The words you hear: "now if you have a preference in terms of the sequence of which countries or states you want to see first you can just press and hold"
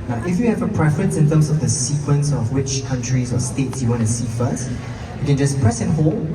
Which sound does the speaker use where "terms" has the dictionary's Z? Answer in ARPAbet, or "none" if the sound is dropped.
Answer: S